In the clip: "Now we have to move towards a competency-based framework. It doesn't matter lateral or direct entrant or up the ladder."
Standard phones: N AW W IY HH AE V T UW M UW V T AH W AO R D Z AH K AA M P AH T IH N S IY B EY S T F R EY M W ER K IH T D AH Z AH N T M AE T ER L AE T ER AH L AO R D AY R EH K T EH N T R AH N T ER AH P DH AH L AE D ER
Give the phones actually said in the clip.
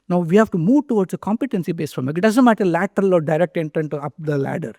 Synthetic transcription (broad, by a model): N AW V IY HH AE V T UW M UW V T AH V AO R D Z AH K AA M P AH T IH N S IY B EY S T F AO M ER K IH T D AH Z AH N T M AE T ER L AE T ER AH L AO R D AY R EH K T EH N T R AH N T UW AH P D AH L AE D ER